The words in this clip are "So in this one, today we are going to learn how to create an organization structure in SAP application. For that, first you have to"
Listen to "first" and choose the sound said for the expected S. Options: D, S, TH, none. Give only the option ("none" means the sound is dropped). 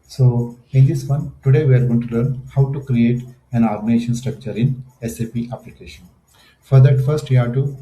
S